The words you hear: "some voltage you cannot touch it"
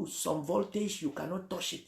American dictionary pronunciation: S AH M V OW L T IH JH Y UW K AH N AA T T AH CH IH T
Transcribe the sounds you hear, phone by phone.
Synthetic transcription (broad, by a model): S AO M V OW L T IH SH Y UW K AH N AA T T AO SH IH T